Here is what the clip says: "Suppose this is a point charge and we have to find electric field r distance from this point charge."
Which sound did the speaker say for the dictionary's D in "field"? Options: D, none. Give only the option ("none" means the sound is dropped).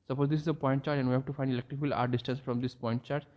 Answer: none